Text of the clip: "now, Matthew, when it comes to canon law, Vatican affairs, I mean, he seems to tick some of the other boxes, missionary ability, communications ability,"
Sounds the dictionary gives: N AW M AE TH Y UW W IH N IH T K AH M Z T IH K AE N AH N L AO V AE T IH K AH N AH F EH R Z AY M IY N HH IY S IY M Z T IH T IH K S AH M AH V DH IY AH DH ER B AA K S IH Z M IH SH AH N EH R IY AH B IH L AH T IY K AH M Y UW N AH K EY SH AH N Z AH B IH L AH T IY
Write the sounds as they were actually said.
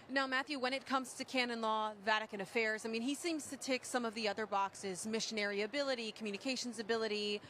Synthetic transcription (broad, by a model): N AW M AE TH Y UW W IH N IH T K AH M Z T IH K AE N AH N L AO V AE T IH K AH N AH F EH R Z AY M IY N IY S IY M Z T IH T IH K S AH M AH V DH IY AH DH ER B AA K S IH Z M IH SH AH N EH R IY AH B IH L AH T IY K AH M Y UW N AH K EY SH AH N Z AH B IH L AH T IY